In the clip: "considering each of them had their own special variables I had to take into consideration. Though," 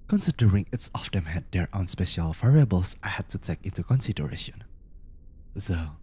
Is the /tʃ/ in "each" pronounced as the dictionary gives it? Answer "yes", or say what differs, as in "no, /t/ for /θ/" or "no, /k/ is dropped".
no, /s/ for /tʃ/